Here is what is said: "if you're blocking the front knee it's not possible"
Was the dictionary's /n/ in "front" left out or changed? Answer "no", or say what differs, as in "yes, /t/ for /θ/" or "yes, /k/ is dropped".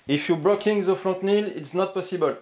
yes, /n/ is dropped